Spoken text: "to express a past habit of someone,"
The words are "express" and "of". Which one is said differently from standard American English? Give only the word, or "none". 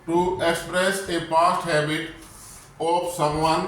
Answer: of